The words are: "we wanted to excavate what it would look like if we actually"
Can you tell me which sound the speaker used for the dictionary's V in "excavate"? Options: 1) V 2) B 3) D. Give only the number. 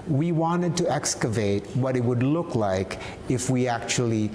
1